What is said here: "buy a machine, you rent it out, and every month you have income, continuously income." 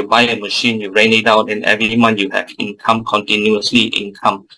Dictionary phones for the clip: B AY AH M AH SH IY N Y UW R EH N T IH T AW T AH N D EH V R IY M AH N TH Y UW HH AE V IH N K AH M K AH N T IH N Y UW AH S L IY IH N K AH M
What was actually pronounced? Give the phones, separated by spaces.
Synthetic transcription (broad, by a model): B AY AH M AH SH IY N Y UW R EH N IH T AW T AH N EH V R IY M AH N Y UW HH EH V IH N K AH M K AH N T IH N Y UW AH S L IY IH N K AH M